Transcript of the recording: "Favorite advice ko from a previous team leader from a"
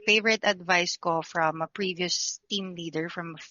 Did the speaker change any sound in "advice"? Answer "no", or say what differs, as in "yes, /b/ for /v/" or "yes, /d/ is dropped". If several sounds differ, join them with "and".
no